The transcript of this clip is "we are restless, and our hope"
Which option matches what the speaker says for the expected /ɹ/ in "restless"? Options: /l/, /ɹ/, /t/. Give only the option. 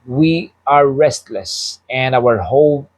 /ɹ/